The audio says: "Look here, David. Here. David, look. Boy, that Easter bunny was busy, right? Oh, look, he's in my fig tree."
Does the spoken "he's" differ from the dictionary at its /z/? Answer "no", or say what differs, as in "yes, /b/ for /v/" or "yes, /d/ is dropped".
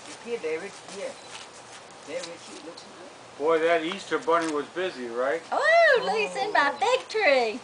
yes, /s/ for /z/